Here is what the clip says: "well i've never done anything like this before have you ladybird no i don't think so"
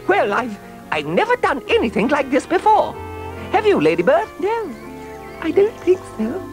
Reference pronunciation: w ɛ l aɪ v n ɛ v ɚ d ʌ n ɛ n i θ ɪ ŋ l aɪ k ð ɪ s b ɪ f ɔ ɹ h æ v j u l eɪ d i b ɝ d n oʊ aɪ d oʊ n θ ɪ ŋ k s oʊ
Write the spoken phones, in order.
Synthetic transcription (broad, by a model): w ɛ l aɪ v n ɛ v ɚ d ʌ n ɛ n i θ ɪ ŋ l aɪ k ð ɪ s b ɪ f ɔ ɹ h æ v j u l eɪ d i b ɝ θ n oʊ aɪ d oʊ n θ ɪ ŋ k s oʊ